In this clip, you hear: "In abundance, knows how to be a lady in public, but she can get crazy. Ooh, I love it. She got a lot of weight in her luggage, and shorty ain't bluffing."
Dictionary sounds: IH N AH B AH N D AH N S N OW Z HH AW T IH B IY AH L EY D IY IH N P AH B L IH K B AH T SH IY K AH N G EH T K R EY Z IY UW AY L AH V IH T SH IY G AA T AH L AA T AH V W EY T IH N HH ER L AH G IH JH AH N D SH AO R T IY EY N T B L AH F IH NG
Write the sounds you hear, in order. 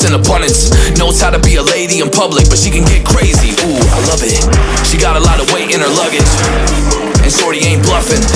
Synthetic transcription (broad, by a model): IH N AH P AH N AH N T N OW S HH AW T IH B IY AH L EY D IY IH N P AH B L IH K B AH T SH IY K AH N G EH T K R EY Z IY UW AY L AH V IH T SH IY G AA T AH L AA T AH W EY T IH N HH ER L AH G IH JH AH N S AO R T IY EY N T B L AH F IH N